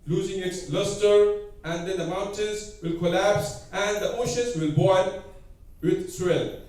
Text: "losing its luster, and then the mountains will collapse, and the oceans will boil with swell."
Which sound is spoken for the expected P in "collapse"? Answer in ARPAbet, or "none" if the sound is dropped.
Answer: P